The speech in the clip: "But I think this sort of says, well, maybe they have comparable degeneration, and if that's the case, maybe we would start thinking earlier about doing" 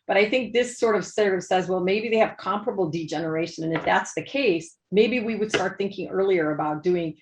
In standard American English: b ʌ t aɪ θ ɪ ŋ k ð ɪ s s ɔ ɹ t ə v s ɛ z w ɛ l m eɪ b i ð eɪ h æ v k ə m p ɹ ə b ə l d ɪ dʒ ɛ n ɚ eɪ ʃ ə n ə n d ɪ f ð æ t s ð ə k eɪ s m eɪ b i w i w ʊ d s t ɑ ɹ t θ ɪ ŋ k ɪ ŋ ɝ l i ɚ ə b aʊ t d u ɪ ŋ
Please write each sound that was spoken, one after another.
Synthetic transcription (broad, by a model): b ʌ t aɪ θ ɪ ŋ k ð ɪ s s ɔ ɹ t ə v s ɛ z w ɛ l m eɪ b i ð eɪ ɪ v k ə m p ɹ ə b l d ɪ dʒ ɛ n ɚ eɪ ʃ ə n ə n ɪ f ð æ t s ð ə k eɪ s m eɪ b i w i w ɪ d s t ɑ ɹ t θ ɪ ŋ k ɪ ŋ ɝ l i ɚ ə b aʊ t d u ɪ ŋ